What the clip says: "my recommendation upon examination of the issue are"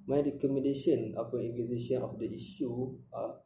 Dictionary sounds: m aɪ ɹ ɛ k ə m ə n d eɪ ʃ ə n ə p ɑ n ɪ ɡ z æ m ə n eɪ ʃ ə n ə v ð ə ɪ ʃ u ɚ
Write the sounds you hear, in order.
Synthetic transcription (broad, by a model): m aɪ ɹ ɛ k ə m ə n d eɪ ʃ ə n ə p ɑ ɪ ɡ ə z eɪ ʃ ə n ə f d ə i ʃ u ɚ